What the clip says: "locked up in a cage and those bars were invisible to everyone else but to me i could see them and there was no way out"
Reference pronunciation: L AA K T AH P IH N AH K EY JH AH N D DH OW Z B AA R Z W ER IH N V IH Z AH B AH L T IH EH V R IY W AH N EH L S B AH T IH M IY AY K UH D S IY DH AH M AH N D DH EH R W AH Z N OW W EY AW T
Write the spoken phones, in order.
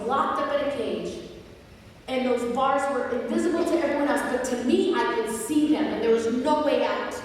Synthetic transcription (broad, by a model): L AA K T AH P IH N AH K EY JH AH N DH OW Z B AA R Z W ER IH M V IH Z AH B L T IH EH V R IY W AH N EH L S B AH T IH M IY AY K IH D S IY DH AH M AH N DH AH R W AH Z N OW W EY AW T